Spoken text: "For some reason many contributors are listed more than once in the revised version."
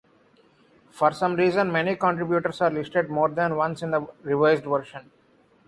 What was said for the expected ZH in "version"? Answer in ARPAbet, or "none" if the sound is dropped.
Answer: SH